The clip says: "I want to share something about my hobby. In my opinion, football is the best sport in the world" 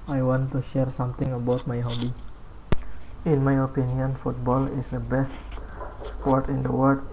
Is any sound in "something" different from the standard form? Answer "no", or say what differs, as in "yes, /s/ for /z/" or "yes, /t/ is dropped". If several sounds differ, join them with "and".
yes, /t/ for /θ/